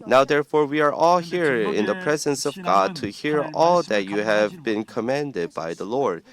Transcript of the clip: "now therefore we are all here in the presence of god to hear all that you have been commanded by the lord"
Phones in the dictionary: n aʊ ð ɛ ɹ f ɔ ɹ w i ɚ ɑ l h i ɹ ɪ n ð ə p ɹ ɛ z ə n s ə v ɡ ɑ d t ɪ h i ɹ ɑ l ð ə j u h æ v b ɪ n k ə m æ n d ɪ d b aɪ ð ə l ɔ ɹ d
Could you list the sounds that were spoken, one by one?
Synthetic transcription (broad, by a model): n aʊ ð ɛ ɹ f ɔ ɹ w i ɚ ɑ l h i ɹ ɪ n ð ə p ɹ ɛ z ə n s ə v ɡ ɑ d t ɪ h i ɹ ɑ l ð ə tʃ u h æ v b ɪ n k ə m æ n d ɪ d b aɪ ð ə l ɔ ɹ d